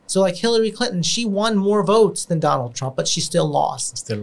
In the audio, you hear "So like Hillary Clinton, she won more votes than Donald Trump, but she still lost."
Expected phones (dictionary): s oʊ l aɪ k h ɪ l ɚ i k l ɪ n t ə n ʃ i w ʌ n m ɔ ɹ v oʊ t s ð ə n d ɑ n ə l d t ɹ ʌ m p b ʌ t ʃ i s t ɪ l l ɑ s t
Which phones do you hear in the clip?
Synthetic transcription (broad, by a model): s oʊ l aɪ k h ɪ l ɚ i k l ɪ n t n ʃ i w ʌ n m ɔ ɹ v oʊ t s ð ə n d ɑ n l d t ɹ ʌ m p b ʌ t ʃ i s t ɪ l l ɑ s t